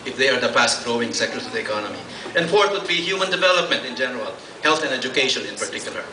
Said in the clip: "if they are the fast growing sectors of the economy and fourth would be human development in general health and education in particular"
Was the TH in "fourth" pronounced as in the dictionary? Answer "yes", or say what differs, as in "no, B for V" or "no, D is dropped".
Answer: no, T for TH